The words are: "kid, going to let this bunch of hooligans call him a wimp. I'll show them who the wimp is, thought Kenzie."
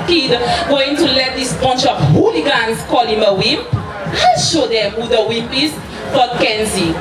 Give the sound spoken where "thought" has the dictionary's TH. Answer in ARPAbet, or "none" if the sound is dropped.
F